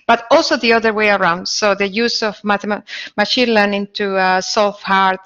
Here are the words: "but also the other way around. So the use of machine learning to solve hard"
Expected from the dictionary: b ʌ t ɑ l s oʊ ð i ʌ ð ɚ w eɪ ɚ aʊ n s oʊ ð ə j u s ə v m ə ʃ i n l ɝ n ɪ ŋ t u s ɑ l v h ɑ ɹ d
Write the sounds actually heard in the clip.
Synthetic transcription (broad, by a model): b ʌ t ɑ l s oʊ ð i ʌ ð ɚ w eɪ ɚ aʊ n s oʊ ð ə j u s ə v m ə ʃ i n l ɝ n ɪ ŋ t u s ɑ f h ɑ ɹ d